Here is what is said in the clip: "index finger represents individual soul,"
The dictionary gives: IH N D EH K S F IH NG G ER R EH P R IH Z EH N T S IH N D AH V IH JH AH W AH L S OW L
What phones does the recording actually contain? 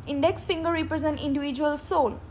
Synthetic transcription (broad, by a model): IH N D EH K S F IH NG G ER R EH P R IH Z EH N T IH N D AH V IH JH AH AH L S OW L